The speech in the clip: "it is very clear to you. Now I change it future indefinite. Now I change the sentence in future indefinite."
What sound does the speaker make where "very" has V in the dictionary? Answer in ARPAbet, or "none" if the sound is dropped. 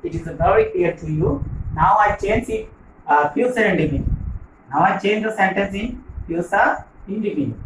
B